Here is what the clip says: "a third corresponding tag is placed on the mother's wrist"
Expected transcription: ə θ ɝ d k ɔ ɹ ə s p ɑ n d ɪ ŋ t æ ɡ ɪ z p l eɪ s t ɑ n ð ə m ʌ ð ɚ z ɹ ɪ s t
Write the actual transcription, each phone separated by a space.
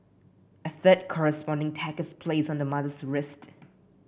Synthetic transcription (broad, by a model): ə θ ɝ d k ɔ ɹ ə s p ɑ n d ɪ ŋ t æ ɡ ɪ s p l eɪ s ɑ n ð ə m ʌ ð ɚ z ɹ ɪ s t